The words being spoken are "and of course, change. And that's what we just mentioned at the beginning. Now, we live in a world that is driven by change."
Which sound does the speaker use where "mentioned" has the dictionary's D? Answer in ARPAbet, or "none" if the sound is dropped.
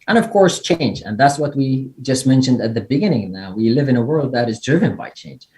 D